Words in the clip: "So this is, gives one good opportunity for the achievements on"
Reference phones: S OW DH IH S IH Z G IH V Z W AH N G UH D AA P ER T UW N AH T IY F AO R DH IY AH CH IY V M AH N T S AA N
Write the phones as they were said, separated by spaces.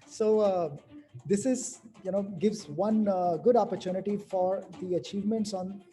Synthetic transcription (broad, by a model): S OW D IH S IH Z G IH V Z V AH N G UH D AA P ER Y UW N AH T IY F AO R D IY AH CH IY V M AH N T S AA N